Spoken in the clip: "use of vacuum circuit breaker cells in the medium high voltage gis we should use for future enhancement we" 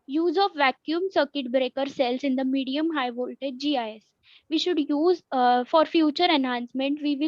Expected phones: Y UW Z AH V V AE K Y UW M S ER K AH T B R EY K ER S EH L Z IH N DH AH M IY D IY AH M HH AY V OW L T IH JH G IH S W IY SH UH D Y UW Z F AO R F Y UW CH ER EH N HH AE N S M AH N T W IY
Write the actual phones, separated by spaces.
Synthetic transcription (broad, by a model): Y UW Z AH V V AE K Y UW M S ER K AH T B R EY K ER S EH L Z IH N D AH M IY D IY AH M HH AY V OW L T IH JH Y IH S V IY SH UH D Y UW Z F AO R F Y UW CH ER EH N HH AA N S M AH N T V IY